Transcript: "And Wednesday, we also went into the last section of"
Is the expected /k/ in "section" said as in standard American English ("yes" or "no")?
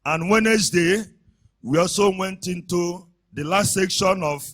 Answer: yes